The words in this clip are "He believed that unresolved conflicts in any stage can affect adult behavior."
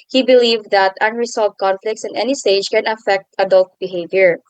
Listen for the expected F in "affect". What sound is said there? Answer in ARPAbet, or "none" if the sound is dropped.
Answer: F